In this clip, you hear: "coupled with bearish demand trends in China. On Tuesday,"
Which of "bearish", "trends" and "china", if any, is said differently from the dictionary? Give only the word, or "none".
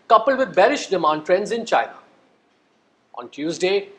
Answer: none